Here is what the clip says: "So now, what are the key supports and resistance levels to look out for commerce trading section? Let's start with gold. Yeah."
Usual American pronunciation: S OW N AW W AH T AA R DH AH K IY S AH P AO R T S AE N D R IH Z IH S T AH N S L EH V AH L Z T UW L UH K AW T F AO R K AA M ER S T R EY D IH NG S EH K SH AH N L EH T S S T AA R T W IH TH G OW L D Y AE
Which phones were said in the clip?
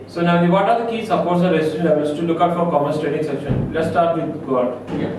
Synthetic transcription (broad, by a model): S OW N AW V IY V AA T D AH K IY S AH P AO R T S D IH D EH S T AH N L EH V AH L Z T UW L UH K AW T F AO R K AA M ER S T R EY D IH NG S EH K SH AH N L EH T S S T AA R T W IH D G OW D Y